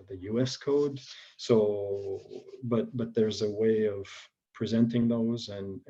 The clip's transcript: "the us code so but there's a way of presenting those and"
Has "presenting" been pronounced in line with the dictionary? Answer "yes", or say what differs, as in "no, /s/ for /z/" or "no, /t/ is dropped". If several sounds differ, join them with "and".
yes